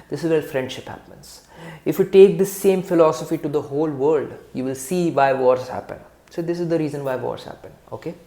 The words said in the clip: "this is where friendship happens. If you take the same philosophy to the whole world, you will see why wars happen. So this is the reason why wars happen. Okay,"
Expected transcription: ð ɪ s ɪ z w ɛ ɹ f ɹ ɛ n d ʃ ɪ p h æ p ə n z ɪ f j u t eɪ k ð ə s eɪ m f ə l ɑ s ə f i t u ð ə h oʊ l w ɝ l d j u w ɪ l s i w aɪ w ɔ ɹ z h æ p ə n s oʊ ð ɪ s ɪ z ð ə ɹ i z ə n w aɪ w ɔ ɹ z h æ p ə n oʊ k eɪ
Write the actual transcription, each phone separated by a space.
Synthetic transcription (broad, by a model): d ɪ s ɪ z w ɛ l f ɹ ɛ n d ʃ ɪ p h æ p ə n z ɪ f j u t eɪ k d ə s eɪ m f ə l ɑ s ə f i t u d ə h oʊ l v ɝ l d j u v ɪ l s i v aɪ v ɔ ɹ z h æ p ə n s oʊ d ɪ s ɪ z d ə ɹ i z ə n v aɪ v ɔ ɹ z h æ p ə n oʊ k eɪ